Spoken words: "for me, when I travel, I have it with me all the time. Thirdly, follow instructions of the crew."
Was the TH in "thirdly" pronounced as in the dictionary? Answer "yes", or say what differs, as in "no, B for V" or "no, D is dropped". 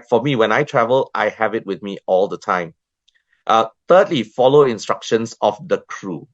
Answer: no, T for TH